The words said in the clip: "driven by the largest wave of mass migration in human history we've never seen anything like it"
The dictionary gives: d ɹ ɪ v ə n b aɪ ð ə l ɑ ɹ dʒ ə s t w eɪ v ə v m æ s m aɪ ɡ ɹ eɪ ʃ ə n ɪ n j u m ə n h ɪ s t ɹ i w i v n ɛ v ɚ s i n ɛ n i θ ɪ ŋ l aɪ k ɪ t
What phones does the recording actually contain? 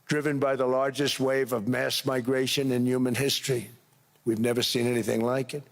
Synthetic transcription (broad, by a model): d ɹ ɪ v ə n b aɪ ð ə l ɑ ɹ dʒ ə s t w eɪ v ə v m æ s m aɪ ɡ ɹ eɪ ʃ ə n ɪ n j u m ə n h ɪ s t ɹ i w i v n ɛ v ɚ s i n ɛ n i θ ɪ ŋ l aɪ k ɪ t